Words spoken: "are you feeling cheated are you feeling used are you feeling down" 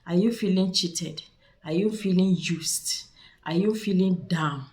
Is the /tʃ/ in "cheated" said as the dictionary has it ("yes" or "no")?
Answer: yes